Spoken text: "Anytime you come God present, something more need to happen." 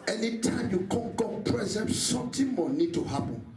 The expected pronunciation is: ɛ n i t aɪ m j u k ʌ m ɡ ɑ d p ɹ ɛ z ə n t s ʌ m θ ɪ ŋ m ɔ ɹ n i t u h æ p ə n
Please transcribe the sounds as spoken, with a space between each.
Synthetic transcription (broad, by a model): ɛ n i t aɪ m j u k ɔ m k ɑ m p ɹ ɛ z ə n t s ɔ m t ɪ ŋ m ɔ n i t u h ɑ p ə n